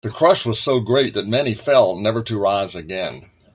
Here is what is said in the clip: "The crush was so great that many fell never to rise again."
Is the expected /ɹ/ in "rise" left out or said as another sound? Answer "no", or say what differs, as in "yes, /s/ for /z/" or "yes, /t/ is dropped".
no